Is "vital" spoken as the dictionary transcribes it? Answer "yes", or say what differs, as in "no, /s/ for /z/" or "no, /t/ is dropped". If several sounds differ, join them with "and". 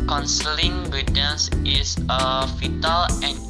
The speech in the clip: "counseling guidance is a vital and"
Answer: no, /f/ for /v/